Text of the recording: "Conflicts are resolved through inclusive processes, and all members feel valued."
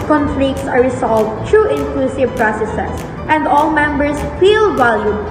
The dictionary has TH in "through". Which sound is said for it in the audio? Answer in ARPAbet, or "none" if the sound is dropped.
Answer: T